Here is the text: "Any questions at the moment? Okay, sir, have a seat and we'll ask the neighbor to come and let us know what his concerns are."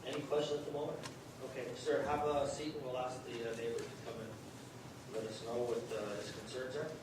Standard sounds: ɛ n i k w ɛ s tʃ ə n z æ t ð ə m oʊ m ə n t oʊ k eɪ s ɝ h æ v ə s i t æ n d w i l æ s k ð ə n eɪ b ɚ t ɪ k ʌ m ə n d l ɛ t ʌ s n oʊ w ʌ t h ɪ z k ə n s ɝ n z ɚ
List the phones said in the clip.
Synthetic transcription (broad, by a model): ɛ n i k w ɛ s tʃ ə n ʌ t ð ə m oʊ m ə n t oʊ k eɪ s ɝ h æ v ə s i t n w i l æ s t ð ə n eɪ b ɚ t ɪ k ʌ m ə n l ɛ t ʌ s n oʊ w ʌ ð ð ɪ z k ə n s ɝ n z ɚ